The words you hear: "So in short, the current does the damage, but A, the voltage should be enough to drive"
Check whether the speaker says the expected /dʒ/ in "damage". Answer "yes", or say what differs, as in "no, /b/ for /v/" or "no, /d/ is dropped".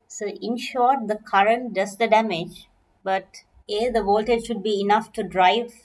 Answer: yes